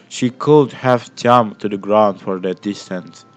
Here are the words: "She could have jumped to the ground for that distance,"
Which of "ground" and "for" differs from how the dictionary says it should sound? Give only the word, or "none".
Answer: none